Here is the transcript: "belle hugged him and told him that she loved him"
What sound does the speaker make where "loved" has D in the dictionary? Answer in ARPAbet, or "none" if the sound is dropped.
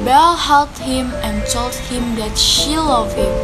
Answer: none